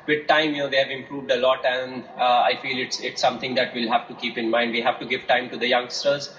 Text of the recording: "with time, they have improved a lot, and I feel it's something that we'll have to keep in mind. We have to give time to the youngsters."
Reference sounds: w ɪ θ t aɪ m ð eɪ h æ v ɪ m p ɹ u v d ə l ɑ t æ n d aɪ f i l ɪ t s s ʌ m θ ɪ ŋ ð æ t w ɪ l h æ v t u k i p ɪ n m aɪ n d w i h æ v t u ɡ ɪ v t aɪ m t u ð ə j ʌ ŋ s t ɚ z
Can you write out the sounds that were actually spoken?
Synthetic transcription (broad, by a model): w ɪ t t aɪ m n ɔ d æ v ɪ m p ɹ u v d ə l ɑ t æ n d aɪ f i l ɪ t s s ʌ m t ɪ ŋ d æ t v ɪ l h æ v t u k i p ɪ n m aɪ n d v i h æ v t u ɡ ɪ v t aɪ m t u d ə j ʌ ŋ s t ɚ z